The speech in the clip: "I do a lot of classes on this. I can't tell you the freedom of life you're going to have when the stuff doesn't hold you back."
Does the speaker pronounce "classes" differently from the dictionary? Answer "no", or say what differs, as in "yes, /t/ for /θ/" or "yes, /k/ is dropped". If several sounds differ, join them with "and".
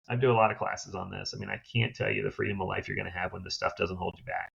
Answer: no